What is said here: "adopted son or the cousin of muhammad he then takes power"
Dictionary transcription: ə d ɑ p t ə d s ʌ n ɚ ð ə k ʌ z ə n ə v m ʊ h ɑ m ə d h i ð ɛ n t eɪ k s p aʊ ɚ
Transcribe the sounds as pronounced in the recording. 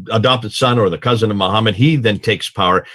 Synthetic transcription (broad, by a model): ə d ɑ p t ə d s ʌ n ɚ ð ə k ʌ z ə n ə v m ʊ h ɑ m ə d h i ð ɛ n t eɪ k s p aʊ ɚ